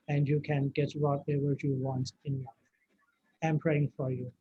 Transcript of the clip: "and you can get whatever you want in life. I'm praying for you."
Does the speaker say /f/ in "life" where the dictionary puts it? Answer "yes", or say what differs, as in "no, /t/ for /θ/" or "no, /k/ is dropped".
no, /f/ is dropped